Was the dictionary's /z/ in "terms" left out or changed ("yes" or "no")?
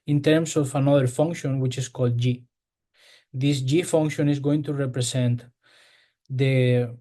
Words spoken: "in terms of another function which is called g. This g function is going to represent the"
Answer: yes